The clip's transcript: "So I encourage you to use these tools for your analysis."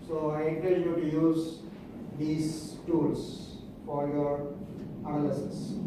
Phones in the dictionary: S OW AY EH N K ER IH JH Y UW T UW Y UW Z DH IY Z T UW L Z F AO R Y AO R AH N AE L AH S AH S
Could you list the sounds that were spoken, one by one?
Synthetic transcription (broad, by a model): S OW AY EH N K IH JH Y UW T UW Y UW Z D IY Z T UW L S F AO R Y AO R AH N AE L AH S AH S